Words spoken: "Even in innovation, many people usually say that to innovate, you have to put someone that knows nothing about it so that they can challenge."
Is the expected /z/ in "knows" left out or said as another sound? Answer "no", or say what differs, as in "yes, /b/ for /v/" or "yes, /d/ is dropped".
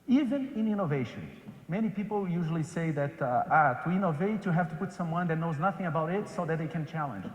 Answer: no